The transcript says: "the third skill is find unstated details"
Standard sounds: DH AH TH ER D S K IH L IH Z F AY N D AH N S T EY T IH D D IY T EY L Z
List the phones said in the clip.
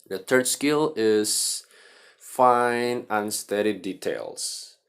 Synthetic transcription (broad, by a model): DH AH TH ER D S K IH L IH Z F AY N AH N S T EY T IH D D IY T EY L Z